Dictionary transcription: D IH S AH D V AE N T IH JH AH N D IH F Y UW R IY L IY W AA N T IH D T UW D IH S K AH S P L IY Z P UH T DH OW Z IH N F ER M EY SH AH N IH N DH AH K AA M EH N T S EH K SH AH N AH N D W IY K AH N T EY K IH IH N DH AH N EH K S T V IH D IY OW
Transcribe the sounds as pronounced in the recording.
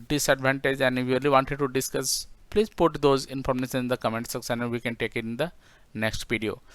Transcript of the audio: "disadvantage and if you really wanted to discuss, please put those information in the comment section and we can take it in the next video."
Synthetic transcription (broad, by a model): D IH S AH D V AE N T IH JH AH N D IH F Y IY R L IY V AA N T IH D T UW D IH S K AH S P L IY Z P UH T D OW Z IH N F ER M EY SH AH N IH N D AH K AA M EH N T S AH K S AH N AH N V IY K AH N T EY K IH IH N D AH N EH K S T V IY D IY OW